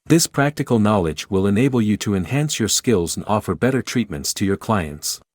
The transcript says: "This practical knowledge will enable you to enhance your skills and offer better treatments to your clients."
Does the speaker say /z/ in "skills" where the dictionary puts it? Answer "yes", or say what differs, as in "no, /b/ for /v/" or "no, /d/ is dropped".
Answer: yes